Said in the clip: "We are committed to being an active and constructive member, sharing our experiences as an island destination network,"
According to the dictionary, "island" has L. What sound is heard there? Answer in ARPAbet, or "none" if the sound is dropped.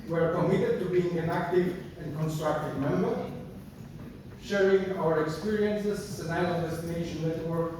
none